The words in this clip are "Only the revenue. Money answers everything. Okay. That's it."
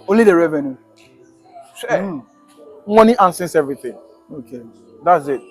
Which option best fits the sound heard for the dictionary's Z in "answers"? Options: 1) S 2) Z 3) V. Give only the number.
1